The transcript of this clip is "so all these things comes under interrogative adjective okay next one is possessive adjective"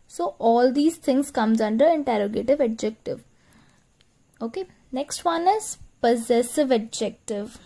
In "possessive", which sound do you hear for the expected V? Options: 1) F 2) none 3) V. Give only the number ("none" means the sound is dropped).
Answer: 3